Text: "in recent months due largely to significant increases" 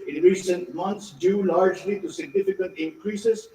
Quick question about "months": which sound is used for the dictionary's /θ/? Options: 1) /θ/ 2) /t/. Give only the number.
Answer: 2